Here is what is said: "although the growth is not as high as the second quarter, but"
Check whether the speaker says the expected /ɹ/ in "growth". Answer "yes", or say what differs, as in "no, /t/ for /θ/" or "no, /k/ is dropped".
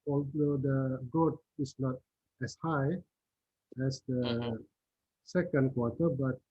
no, /ɹ/ is dropped